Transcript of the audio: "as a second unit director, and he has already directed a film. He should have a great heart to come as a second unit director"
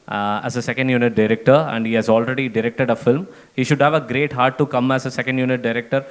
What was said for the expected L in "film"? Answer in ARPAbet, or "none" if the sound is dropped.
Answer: L